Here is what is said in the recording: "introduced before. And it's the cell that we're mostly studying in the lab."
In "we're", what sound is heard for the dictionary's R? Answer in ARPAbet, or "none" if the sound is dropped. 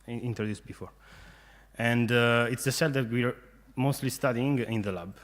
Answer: R